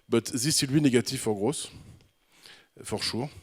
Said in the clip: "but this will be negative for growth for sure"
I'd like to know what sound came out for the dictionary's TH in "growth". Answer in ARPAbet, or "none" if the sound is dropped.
S